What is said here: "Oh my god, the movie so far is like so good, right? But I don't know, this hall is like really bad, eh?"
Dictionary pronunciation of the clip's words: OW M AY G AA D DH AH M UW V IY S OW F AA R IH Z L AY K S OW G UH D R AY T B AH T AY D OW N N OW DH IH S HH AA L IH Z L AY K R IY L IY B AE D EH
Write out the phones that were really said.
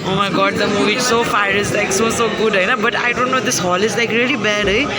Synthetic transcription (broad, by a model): OW M AY G AA D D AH M UW V IY S OW F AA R IH Z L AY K S OW G UH D L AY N B AH T AY D OW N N OW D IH S HH AA L IH Z L AY K R IY L IY B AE D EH